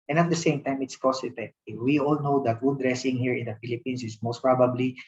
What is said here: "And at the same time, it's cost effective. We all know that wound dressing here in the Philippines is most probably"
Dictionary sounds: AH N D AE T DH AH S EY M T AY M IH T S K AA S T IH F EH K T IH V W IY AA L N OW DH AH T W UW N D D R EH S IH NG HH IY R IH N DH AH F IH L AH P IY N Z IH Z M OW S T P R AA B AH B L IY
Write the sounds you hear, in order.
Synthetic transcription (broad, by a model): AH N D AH T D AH S EY M T AY M IH T S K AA S IH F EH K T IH W IY AA L N OW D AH T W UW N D D R EH S IH NG HH IY R IH N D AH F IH L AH P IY N S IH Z M OW S T P R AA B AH B L IY